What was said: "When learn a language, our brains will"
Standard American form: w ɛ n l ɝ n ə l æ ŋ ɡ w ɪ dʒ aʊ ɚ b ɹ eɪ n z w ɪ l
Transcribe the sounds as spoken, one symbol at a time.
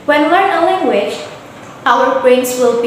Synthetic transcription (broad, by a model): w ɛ n w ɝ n ə l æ ŋ ɡ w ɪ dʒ aʊ ɚ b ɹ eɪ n s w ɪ l